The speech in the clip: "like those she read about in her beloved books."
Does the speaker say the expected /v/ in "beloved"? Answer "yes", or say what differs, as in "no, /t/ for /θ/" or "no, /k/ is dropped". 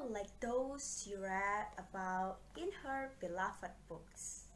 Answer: no, /f/ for /v/